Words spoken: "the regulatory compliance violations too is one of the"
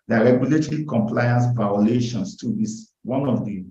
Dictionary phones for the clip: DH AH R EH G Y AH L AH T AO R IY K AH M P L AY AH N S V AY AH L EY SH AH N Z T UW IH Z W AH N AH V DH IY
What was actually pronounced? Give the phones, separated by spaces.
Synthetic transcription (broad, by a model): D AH R EH G Y AH L AH T AO R IY K AH M P L AY AH N S V AY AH L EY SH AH N S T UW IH S W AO N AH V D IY